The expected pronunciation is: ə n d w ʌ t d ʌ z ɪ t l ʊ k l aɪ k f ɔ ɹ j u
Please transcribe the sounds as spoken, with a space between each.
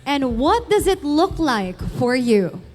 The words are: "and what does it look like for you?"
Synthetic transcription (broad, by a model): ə n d w ʌ t d ʌ z ɪ t l ʊ k l aɪ k f ɔ ɹ j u